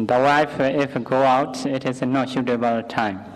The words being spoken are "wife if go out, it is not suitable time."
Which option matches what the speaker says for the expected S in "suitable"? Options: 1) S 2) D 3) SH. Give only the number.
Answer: 3